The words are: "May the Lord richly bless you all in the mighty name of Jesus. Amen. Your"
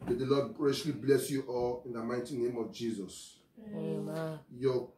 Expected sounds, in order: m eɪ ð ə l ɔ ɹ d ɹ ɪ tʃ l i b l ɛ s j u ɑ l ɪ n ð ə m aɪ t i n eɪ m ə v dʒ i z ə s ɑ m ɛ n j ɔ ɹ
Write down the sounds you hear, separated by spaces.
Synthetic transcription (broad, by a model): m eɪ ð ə l ɔ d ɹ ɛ ʃ l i b l ɛ s j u ɑ l ɪ n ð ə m aɪ t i n eɪ m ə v dʒ i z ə s j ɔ